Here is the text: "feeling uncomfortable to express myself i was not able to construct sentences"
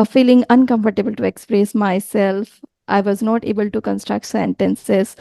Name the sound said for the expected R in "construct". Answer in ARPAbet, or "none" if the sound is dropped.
R